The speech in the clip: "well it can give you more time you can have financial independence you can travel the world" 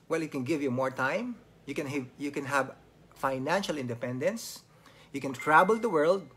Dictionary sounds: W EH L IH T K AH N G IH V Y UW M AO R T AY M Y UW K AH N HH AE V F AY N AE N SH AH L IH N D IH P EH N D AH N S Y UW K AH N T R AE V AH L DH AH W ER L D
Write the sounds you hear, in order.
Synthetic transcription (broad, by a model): W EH L IH T K AH N G IH V Y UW M AO R T AY M Y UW K AH N HH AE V F AY N AE N SH AH L IH N D IH P EH N D AH N S Y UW K AH N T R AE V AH L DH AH W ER L D